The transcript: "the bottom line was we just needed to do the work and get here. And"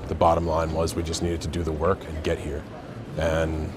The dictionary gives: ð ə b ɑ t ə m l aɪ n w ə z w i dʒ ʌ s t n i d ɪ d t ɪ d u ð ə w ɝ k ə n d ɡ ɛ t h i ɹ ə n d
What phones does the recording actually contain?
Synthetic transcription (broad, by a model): ð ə b ɑ t ə m l aɪ n w ə z w i dʒ ʌ s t n i d ɪ d t ɪ d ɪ ð ə w ɝ k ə n ɡ ɛ t h i ɹ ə n